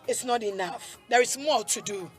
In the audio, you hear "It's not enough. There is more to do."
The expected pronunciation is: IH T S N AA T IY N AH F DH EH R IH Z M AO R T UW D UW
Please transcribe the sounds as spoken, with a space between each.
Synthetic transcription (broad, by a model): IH T S N AA T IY N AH F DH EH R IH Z M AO L T UW D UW